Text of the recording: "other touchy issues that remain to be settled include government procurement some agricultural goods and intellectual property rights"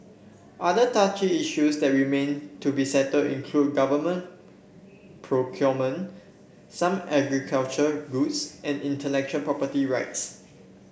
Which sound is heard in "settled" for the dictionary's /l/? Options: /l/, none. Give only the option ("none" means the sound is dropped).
none